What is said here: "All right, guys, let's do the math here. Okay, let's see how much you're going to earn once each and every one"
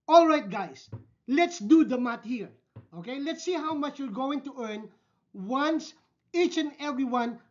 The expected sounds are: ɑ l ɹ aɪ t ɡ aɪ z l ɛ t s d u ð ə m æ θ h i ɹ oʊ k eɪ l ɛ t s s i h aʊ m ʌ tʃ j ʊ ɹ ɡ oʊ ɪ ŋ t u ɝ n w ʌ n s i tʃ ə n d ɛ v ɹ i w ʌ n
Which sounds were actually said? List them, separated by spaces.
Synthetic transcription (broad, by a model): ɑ l ɹ aɪ t ɡ aɪ s l ɛ t s d u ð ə m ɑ t h i ɹ oʊ k eɪ l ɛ t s s i h aʊ m ʌ tʃ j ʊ ɹ ɡ oʊ ɪ ŋ t u ɝ n w ʌ n s i tʃ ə n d ɛ v ɹ i w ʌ n